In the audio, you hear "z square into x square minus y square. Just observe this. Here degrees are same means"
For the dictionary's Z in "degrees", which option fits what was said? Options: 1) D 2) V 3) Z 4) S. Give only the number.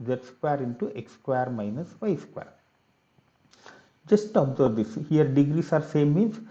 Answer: 4